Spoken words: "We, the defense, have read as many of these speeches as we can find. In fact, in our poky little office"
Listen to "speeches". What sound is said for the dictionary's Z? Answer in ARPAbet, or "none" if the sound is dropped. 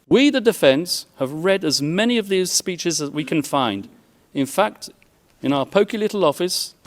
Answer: Z